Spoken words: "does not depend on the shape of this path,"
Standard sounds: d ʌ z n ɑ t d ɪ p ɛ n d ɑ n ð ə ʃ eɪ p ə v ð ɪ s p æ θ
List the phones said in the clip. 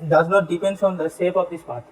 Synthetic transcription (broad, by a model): d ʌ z n ɑ t d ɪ p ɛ n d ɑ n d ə s eɪ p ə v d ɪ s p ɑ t